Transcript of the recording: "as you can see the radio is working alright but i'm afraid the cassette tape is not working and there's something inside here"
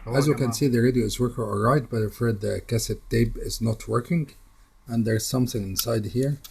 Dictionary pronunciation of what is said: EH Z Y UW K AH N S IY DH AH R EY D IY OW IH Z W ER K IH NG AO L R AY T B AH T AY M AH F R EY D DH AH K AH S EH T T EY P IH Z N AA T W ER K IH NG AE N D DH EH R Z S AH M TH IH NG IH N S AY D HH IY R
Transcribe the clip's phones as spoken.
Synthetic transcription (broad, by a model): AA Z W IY K AH N S IY DH AH R EY D IY OW IH Z W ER K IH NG AO L R AY T B AH T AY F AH R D DH AH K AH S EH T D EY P IH Z N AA T W ER K IH NG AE N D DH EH R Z S AH M TH IH NG IH N S AY D HH IY R